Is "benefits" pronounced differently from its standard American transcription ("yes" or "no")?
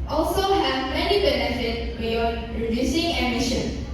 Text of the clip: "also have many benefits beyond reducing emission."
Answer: yes